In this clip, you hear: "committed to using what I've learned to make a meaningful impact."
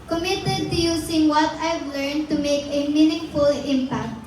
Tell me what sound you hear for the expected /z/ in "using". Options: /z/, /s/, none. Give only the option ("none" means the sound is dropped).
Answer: /s/